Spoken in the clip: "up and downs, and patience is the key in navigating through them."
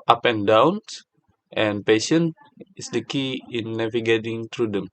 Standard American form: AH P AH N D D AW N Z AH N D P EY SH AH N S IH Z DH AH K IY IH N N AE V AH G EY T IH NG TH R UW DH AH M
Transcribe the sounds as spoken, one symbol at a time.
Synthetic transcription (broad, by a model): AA P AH N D D AW N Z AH N P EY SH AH N IH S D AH K IY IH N N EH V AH G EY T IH NG T R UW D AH M